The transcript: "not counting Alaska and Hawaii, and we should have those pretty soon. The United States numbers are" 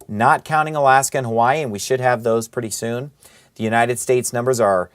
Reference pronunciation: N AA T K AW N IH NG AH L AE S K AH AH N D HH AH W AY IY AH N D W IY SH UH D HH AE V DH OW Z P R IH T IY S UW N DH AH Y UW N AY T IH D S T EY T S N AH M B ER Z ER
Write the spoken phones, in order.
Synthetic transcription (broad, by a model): N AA T K AW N IH NG AH L AE S K AH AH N HH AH W AY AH N W IY SH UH D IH V DH OW Z P R IH T IY S UW N DH AH Y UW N AY T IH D S T EY T S N AH M B ER Z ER